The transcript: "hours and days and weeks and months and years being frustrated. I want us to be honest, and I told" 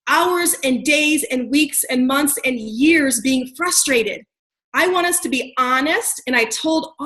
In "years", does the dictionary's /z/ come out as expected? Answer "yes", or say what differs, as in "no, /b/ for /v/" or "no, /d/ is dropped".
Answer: yes